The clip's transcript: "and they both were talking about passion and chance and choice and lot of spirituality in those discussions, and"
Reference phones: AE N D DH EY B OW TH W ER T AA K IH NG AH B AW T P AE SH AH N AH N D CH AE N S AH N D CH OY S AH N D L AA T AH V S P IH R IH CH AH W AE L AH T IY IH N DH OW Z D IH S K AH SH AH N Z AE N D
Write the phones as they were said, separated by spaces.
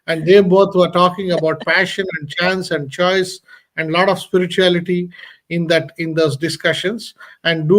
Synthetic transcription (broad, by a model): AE N D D EY B OW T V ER T AA K IH NG AH B AW T P AE SH AH N AH N D CH AE N S AH N D CH OY S AH N D L AA T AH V S P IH R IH CH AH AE L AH T IY IH N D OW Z D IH S K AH SH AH N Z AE N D